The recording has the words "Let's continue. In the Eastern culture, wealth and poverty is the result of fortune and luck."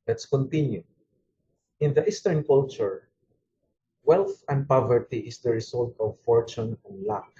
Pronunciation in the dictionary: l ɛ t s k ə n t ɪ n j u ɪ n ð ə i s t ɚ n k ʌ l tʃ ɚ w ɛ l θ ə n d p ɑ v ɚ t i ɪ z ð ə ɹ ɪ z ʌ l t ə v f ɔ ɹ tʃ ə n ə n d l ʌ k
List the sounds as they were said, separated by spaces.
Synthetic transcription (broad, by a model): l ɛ t s k ə n t ɪ n j u ɪ n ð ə i s t ɚ n k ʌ l tʃ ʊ w ɛ l θ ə n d p ɑ v ɚ t i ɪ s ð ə ɹ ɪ s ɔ l t ə v f ɔ ɹ tʃ ə n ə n l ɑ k